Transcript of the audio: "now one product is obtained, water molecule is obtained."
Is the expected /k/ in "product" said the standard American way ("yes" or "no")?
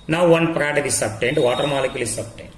no